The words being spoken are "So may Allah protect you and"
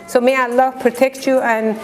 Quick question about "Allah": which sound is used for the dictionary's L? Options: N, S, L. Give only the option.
L